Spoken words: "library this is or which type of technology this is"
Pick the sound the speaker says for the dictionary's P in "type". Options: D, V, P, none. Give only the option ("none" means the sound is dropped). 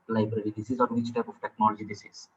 P